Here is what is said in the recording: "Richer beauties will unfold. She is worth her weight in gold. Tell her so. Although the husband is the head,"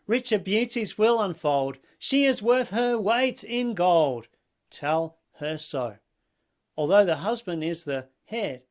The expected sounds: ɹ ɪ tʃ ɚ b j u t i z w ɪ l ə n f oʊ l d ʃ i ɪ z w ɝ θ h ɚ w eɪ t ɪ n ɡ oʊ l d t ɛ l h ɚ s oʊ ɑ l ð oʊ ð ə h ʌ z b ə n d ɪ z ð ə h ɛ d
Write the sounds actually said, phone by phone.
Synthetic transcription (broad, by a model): ɹ ɪ tʃ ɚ b j u t i z w ɪ l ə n f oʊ l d ʃ i ɪ z w ɝ θ h ɚ w eɪ t ɪ n ɡ oʊ l d t ɛ l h ɚ s oʊ ɑ l ð oʊ ð ə h ʌ z b ə n d ɪ z ð ə h ɛ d